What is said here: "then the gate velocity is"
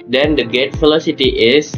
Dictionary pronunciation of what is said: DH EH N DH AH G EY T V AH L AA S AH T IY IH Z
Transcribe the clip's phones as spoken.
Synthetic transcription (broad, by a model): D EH N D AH G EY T F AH L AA S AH T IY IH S